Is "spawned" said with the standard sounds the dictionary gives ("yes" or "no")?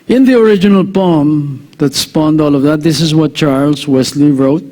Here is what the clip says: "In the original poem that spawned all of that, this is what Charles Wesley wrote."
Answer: yes